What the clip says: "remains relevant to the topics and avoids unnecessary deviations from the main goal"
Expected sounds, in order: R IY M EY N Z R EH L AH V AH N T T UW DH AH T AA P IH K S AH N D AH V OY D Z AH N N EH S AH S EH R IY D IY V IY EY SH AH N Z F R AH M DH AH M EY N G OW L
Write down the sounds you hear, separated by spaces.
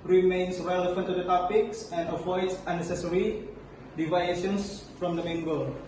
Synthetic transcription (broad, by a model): R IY M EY N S R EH L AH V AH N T T UW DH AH T AA P IH K S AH N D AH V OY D S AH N N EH S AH S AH R IY D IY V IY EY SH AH N S F R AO M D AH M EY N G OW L